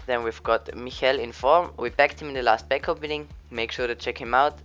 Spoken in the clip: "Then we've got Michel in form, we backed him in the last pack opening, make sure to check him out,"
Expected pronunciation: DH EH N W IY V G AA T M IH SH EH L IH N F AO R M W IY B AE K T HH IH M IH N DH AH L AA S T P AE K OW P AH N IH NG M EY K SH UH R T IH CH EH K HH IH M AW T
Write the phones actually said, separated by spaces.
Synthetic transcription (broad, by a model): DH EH N W IY V G AA T M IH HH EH L IH N F AO R M W IY B AE K T HH IH M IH N DH AH L AA S T B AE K OW P AH N IH NG M EY K SH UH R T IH CH EH K HH IH M AW T